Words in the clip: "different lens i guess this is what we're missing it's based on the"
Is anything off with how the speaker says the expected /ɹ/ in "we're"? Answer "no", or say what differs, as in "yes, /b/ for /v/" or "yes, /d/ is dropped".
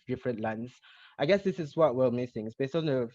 yes, /l/ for /ɹ/